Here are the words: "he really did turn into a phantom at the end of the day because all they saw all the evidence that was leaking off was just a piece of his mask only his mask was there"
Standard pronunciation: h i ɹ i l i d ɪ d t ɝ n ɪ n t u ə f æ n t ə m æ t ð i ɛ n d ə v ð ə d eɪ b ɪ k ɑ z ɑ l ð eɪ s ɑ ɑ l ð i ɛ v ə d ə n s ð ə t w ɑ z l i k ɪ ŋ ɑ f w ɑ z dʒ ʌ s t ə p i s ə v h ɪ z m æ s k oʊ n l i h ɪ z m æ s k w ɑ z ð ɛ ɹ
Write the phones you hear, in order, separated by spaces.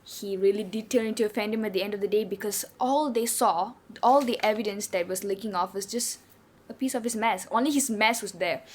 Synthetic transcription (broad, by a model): h i ɹ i l i d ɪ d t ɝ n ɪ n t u ə f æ n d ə m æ t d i ɛ n d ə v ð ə d eɪ b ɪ k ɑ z ɑ l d eɪ s ɑ ɑ l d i ɛ v ə d ə n s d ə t w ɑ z l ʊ k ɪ ŋ ɑ f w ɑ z dʒ ʌ s t ə p i s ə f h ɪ s m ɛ s oʊ n l i h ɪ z m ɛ s w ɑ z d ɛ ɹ